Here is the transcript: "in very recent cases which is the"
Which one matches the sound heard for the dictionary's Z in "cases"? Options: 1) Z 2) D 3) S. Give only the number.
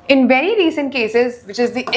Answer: 1